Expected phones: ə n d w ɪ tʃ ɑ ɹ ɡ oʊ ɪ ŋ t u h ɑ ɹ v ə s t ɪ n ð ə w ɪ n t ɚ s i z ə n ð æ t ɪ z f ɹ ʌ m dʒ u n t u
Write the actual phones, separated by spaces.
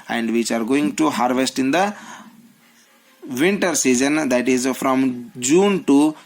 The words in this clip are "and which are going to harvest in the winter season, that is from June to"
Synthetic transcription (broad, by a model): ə n d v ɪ tʃ ɑ ɹ ɡ oʊ ɪ ŋ t u h ɑ ɹ v ə s t ɪ n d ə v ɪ n t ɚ s i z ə n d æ t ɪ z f ɹ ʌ m dʒ u n t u